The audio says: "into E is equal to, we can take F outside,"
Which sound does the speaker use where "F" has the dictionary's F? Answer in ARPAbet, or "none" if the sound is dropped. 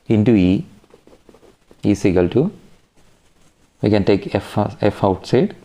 F